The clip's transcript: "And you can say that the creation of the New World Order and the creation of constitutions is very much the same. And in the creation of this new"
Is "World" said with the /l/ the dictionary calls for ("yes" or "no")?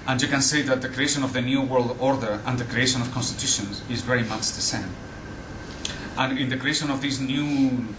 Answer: yes